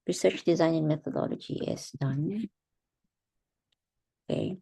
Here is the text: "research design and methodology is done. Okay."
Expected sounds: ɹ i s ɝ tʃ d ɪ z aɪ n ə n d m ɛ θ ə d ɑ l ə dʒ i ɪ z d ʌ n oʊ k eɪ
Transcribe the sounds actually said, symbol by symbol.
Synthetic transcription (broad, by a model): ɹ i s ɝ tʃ d ɪ z aɪ n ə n m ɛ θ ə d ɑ l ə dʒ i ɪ s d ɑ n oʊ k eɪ